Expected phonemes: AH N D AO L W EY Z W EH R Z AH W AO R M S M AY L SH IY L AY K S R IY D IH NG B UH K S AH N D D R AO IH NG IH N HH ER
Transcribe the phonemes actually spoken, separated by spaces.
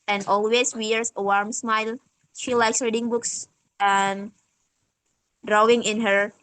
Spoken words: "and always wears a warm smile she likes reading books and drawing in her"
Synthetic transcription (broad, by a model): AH N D AO L W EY S W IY R S AH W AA R M S M AY L SH IY L AY K S R IY D IH NG B UH K S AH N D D R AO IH NG IH N HH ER